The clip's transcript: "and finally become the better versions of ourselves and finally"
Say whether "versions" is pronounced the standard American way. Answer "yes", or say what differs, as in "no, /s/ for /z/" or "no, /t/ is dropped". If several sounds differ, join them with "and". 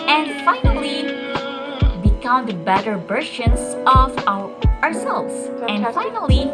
no, /b/ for /v/ and /ʃ/ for /ʒ/